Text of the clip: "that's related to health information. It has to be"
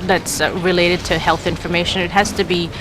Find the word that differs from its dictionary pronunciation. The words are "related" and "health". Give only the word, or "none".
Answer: none